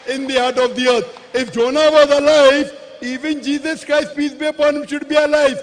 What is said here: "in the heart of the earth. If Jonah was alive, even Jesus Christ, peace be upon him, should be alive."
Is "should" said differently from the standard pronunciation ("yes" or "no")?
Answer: no